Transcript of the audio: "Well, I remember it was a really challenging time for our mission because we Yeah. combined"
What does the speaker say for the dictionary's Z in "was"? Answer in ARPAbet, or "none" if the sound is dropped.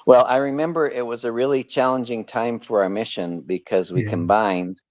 Z